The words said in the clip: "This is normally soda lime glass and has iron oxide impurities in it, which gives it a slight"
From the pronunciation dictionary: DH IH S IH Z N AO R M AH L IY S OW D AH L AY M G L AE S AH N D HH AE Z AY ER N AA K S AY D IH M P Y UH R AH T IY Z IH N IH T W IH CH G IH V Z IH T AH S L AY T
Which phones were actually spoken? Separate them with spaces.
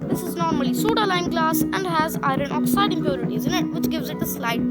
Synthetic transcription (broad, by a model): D IH S IH Z N AO R M AH L IY S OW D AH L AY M G L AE S AH N D HH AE Z AY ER N AA K S AY D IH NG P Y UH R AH T IY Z IH N IH T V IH CH G IH V Z IH T AH S L AY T